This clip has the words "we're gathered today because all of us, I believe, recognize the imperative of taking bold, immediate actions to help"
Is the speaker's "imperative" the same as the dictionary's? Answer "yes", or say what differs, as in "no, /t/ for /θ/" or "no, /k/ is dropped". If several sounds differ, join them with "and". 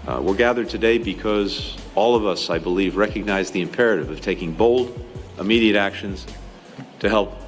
yes